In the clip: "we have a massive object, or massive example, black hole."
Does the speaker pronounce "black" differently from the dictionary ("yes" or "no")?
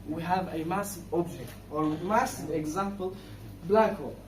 no